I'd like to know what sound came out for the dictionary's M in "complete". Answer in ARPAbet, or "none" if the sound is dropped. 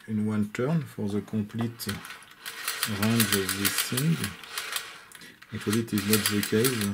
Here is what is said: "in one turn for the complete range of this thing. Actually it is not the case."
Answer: none